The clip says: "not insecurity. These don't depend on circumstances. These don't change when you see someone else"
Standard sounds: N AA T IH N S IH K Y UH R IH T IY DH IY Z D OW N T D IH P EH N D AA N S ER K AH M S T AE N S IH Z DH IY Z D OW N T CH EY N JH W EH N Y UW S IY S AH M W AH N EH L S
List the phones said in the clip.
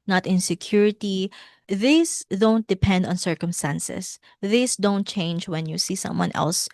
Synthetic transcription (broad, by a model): N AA T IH N S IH K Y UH R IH T IY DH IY S D OW N T D IH P EH N D AA N S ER K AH M S T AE N S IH S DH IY S D OW N T CH EY N JH W EH N Y UW S IY S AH M W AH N EH L S